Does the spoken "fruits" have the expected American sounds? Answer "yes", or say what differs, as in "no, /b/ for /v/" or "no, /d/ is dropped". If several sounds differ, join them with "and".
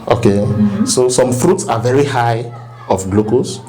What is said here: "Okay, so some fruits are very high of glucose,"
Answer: yes